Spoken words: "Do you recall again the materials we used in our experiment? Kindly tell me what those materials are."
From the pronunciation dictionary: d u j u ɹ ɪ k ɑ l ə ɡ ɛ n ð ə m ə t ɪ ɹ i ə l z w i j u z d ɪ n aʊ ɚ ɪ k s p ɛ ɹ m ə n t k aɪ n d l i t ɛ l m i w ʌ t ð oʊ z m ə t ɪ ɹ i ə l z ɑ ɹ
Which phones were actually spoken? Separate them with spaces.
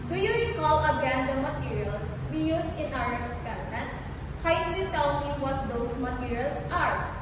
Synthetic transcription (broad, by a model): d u j u ɹ ɪ k ɑ l ə ɡ ɛ n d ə m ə t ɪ ɹ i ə l s w i j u s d ɪ n aʊ ɚ ɪ k s p ɛ ɹ m ə n t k aɪ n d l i t ɛ l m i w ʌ t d oʊ s m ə t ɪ ɹ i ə l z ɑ ɹ